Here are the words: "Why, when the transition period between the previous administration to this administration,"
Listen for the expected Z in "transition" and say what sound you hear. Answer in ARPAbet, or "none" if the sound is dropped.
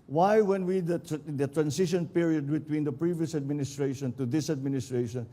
S